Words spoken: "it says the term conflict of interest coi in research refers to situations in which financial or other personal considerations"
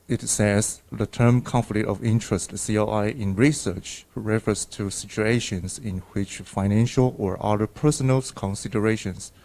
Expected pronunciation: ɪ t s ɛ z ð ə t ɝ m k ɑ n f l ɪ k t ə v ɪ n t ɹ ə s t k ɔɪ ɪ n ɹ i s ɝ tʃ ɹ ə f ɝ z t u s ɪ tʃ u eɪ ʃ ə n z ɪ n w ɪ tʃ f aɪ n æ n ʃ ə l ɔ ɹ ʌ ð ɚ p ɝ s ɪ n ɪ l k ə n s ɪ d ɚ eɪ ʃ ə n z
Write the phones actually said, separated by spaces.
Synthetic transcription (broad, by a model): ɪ t s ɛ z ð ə t ɝ m k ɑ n f l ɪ k t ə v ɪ n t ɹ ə s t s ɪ ɪ n ɹ i s ɝ tʃ ɹ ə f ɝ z t u s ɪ tʃ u eɪ ʃ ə n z ɪ n w ɪ tʃ f aɪ n æ n ʃ ə l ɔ ɹ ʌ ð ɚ p ɝ s ɪ n ɪ l k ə n s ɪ d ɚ eɪ ʃ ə n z